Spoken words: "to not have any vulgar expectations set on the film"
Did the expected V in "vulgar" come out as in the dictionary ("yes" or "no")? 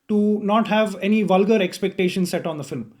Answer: yes